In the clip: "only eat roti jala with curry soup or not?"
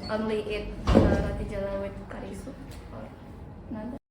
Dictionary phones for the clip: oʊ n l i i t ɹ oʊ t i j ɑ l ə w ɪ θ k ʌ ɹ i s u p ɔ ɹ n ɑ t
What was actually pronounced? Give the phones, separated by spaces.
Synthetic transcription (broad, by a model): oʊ n l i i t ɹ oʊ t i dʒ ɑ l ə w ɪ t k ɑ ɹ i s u ɔ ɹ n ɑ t